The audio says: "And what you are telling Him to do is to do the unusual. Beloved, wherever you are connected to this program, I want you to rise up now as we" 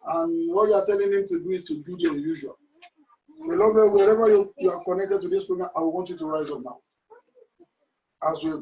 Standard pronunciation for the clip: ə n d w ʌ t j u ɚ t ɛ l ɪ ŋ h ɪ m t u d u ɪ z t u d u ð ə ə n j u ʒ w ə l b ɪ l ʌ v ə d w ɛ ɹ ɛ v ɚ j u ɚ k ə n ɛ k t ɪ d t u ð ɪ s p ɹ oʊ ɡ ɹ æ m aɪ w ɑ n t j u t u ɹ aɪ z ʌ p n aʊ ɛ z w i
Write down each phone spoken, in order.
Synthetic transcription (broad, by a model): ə n w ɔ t j u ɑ t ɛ l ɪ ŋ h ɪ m t u d u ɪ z t u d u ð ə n j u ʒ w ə l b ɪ l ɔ b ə w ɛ ɹ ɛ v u j u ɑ k ə n ɛ k t ɪ d t u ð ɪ s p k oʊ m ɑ aɪ w ɑ n t j u t u ɹ aɪ z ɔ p n aʊ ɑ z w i